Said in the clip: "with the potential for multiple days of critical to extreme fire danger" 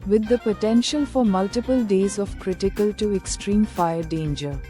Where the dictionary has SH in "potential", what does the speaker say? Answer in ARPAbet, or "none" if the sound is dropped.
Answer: SH